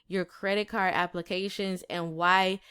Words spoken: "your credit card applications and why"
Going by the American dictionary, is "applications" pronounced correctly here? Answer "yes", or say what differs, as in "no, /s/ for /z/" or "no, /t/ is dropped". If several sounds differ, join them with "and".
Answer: yes